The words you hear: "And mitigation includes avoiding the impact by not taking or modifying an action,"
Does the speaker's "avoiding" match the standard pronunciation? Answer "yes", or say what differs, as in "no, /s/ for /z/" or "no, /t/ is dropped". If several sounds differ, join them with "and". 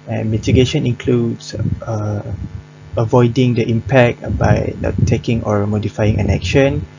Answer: yes